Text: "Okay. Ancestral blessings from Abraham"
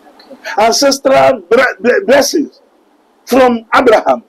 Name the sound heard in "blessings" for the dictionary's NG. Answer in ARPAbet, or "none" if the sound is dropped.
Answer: none